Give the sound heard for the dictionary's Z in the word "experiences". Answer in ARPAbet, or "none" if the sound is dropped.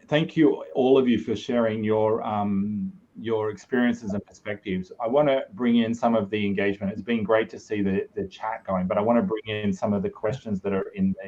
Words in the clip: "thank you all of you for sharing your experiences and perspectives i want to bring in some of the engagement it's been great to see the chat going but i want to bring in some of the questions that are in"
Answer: Z